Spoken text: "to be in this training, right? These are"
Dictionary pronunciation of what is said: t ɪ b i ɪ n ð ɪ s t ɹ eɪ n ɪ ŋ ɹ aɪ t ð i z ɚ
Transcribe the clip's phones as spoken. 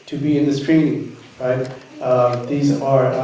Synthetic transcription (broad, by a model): t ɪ b i ɪ n ð ɪ s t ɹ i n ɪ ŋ ɹ aɪ t ð i z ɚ